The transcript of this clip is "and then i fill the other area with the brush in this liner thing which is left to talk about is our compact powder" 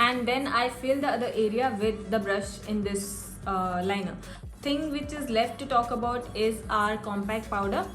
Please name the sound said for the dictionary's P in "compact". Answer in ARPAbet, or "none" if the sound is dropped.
P